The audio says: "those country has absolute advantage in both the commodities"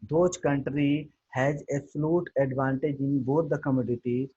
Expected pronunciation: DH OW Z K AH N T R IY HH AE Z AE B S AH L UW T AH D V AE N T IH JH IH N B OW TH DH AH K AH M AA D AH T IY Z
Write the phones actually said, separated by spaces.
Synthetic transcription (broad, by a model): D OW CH K AH N T R IY HH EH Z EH S L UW T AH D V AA N T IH JH IH N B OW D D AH K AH M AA D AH T IY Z